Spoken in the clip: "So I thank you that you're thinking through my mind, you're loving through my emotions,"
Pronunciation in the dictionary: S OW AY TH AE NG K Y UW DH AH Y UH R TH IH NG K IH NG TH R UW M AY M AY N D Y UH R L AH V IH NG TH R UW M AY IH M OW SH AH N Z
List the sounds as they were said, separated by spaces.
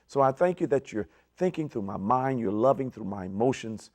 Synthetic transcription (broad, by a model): S OW AY TH AE NG K Y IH DH AH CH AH R TH IH NG K IH NG TH R UW M AY M AY N D Y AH R L AH V IH NG TH R UW M AY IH M OW SH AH N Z